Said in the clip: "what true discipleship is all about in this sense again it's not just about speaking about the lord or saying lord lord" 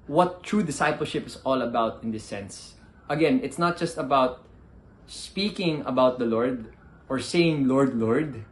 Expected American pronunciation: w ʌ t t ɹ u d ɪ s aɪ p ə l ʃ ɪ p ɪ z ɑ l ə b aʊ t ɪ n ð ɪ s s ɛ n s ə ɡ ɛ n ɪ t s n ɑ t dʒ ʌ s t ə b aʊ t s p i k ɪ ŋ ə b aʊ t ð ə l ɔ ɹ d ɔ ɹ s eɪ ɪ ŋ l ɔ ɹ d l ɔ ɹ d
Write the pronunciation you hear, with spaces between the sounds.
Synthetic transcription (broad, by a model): w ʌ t t ɹ u d ɪ s aɪ p ə l ʃ ɪ p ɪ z ɑ l ə b aʊ t ɪ n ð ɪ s s ɛ n s ə ɡ ɛ n ɪ t s n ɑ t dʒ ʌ s t ə b aʊ t s p i k ɪ ŋ ə b aʊ t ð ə l ɔ ɹ d ɔ ɹ s eɪ ɪ ŋ l ɔ ɹ d l ɔ ɹ d